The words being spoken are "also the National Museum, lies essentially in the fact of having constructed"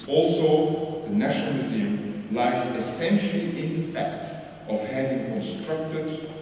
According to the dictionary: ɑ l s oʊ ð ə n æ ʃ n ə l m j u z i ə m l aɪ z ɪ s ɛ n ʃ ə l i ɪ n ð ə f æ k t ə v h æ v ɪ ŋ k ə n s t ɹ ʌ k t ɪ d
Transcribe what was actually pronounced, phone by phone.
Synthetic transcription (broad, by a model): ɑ l s oʊ ð ə n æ ʃ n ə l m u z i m l aɪ z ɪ s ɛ n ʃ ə l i ɪ n ð ə f æ k t ə v h æ v ɪ ŋ k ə n s t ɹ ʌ k t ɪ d